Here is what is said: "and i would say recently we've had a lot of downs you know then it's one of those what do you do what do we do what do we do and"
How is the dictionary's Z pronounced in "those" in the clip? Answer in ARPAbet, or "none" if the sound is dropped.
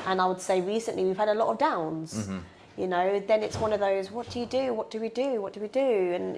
Z